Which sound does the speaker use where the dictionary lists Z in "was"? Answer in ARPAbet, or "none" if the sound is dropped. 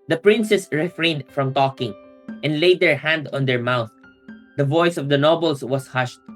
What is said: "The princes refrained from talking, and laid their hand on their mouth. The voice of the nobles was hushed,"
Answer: S